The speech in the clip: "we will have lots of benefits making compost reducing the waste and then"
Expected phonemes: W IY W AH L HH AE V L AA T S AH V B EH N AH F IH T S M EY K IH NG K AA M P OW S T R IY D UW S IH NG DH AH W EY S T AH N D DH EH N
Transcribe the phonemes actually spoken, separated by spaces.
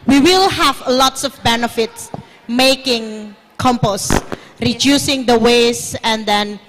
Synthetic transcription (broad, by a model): W IY W AH L HH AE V L AA T S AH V B EH N AH F IH T S M EY K IH NG K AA M P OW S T R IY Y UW S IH NG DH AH W EY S AH N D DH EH N